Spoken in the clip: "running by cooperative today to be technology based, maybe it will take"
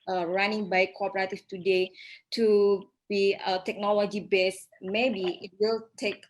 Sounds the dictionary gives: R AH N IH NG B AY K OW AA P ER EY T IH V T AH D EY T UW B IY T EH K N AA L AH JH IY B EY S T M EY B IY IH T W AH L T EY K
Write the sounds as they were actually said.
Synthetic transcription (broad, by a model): R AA N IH NG B AY K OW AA P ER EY T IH F T AH D EY T UW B IY T EH K N AA L AH JH IY B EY S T M EY B IY IH T W AH L T EY K